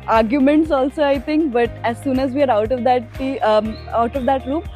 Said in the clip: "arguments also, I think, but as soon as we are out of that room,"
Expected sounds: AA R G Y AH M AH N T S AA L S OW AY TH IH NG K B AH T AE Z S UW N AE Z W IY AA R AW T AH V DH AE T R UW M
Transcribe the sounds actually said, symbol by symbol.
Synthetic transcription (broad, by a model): AA R G Y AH M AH N T S AA L S OW AY T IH NG K B AH T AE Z S UW N AE Z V IY AA R AW T AH V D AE T R UW M